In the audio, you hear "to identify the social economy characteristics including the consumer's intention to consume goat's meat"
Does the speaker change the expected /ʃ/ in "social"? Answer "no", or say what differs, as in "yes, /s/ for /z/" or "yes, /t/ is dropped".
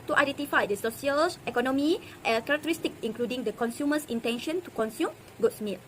yes, /s/ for /ʃ/